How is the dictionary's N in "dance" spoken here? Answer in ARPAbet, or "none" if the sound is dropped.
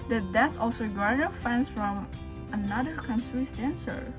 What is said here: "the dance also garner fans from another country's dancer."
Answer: none